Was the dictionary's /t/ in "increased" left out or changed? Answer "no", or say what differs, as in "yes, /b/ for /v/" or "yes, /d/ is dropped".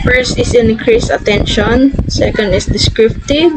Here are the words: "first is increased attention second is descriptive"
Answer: yes, /t/ is dropped